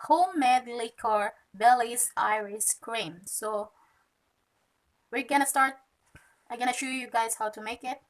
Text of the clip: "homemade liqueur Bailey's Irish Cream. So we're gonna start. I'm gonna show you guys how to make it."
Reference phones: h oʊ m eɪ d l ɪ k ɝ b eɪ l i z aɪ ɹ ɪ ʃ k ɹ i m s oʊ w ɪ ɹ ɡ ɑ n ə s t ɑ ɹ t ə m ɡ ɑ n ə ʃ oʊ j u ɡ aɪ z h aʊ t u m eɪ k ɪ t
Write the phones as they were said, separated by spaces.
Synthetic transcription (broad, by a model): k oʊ m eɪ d l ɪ k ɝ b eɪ l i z aɪ ɹ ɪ s k ɹ i m s oʊ w ɪ ɹ ɡ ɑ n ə s t ɑ ɹ t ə ɡ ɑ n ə ʃ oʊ j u ɡ aɪ z h aʊ t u m eɪ k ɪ t